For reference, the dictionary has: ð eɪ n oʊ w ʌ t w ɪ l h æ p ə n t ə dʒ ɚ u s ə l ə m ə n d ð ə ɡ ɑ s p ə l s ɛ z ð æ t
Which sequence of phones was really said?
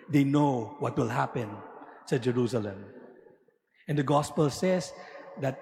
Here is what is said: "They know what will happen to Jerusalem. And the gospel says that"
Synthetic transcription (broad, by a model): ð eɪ n oʊ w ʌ t w ɪ l h æ p ə n s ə dʒ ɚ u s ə l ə m ə n d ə ɡ ɑ s p ə l s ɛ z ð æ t